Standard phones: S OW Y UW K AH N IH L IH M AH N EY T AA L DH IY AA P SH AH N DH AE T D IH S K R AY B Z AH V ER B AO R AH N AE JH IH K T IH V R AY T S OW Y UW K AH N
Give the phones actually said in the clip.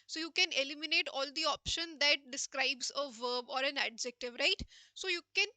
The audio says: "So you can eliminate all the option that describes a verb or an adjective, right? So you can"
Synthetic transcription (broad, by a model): S OW Y UW K AH N IH L IH M AH N EY T AA L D IY AA P SH AH N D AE T D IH S K R AY B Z AH V ER B AO R AH N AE JH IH K T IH V R AY T S OW Y UW K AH N